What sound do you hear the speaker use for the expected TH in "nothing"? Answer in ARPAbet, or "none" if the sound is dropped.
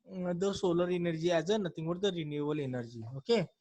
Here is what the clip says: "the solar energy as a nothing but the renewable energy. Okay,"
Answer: T